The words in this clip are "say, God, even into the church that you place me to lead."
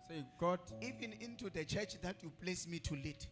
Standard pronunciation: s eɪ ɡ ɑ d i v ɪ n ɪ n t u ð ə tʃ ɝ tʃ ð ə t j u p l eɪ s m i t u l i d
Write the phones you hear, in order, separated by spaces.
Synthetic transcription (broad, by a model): s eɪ ɡ ɑ d i v ɪ n ɪ n t u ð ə tʃ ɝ tʃ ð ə t j u p l eɪ s m i t u l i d